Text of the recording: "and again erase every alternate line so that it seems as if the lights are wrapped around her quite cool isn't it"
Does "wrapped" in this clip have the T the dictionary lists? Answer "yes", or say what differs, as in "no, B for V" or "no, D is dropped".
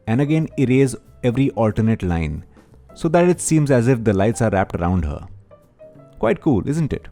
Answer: yes